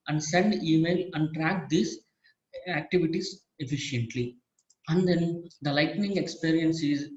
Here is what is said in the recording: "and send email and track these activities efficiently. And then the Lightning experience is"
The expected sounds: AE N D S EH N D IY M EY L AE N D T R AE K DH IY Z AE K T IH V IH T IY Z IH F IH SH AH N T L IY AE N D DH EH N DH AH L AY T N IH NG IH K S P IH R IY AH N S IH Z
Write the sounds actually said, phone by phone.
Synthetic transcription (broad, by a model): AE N D S EH N D IY M EY L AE N D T R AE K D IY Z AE K T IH V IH T IY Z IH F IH SH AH N T L IY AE N D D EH N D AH L AY T N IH NG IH K S P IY R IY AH N S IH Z